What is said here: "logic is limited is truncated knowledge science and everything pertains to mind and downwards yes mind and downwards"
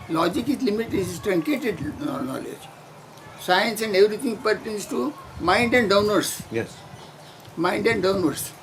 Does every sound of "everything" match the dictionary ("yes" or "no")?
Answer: no